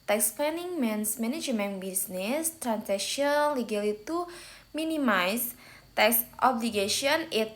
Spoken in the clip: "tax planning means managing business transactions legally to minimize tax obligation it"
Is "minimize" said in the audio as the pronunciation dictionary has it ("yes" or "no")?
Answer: no